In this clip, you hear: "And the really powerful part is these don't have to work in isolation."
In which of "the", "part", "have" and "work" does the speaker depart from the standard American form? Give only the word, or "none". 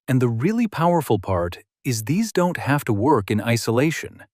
have